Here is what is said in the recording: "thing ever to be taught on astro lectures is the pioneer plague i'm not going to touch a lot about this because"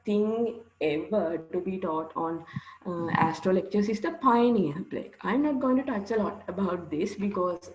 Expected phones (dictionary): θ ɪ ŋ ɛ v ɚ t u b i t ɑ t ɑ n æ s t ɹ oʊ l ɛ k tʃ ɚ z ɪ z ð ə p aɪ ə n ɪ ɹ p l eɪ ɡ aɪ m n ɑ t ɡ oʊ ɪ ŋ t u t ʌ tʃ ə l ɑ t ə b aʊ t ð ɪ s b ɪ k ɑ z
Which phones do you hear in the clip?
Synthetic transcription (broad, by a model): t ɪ ŋ ɛ v ɚ t u b i t ɑ t ɑ n æ s t ɹ oʊ l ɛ k tʃ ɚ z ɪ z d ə p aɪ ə n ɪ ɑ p l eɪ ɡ aɪ m n ɑ t ɡ oʊ ɪ ŋ t u t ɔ tʃ ə l ɑ t ə b aʊ t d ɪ s b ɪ k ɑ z